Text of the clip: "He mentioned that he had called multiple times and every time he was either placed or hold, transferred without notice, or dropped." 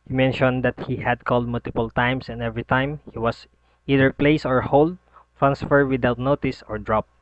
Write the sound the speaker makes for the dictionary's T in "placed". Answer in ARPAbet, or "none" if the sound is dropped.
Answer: none